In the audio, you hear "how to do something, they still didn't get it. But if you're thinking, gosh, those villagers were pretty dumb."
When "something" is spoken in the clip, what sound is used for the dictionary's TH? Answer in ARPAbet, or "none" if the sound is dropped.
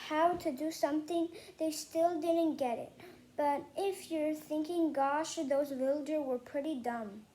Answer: TH